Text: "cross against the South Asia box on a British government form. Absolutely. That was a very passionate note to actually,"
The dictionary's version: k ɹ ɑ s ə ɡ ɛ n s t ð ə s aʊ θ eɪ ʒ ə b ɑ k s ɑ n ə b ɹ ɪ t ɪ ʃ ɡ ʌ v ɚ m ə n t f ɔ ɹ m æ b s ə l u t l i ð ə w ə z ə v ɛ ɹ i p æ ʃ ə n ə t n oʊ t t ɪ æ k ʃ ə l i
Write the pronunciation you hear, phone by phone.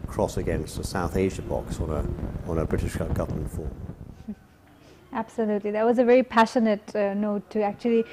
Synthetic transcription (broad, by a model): k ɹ ɑ s ə ɡ ɛ n s t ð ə s aʊ θ eɪ ʒ ə b ɑ k s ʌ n ə b ɹ ɪ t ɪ ʃ ɡ ʌ v ɚ m ə n t f ɔ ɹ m æ b s ə l u t l i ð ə w ə z ə v ɛ ɹ i p æ ʃ ə n ə t n oʊ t t ɪ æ k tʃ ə l i